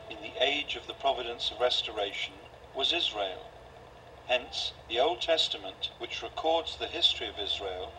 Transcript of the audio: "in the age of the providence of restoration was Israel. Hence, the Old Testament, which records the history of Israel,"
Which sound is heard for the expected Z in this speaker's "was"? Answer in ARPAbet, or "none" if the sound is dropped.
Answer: Z